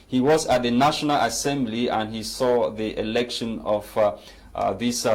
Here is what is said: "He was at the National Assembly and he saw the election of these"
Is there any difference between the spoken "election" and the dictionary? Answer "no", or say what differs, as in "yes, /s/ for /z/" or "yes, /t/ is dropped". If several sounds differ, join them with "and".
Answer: no